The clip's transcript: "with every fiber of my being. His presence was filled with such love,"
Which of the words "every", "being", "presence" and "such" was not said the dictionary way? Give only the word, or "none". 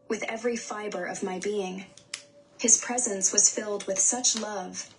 none